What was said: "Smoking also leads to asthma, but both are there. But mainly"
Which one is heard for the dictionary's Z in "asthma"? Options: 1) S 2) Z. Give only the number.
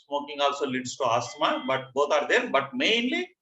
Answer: 1